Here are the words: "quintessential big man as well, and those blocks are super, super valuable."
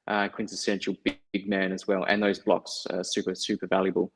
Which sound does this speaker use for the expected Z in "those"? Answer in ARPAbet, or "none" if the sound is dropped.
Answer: Z